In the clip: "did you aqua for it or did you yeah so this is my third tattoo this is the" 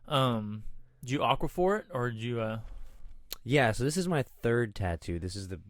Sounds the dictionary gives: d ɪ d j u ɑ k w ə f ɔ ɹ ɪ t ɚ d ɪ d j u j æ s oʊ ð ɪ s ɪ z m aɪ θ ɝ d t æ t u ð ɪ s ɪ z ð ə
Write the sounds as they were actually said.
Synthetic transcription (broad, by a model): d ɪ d j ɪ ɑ k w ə f ɔ ɹ ɪ t ɚ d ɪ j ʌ j æ s oʊ ð ɪ s ɪ z m aɪ θ ɝ d t æ t u ð ɪ s ɪ z ð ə